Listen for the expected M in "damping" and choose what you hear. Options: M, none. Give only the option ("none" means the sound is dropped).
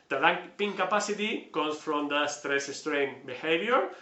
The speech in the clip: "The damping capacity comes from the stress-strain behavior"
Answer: none